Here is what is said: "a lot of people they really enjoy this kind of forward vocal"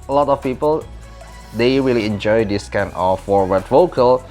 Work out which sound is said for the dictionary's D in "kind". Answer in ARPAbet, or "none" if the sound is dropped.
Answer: none